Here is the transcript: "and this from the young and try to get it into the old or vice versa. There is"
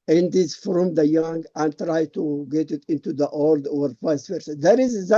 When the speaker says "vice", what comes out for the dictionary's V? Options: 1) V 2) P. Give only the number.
2